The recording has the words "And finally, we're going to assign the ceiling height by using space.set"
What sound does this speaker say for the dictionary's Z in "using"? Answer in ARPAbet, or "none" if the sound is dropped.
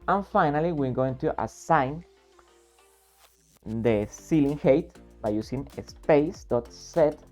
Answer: S